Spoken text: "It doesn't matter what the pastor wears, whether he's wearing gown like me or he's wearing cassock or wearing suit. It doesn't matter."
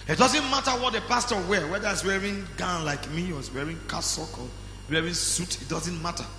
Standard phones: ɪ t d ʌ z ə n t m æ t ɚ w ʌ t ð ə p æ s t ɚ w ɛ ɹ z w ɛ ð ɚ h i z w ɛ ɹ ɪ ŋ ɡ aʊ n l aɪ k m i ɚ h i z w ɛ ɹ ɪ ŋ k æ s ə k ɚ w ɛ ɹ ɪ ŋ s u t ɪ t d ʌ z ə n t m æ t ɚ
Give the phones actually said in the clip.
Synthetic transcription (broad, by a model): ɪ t d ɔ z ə n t m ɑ t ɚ w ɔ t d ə p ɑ s t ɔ w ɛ w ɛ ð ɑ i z w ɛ ɹ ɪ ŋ ɡ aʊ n l aɪ k m i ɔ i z w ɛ ɹ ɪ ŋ k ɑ s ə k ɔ w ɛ ɹ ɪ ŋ s u t ɪ t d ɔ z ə n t m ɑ t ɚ